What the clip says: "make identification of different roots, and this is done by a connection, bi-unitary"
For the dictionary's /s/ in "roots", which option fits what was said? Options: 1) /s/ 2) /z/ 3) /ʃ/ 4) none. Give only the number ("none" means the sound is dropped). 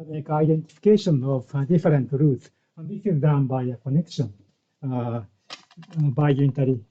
4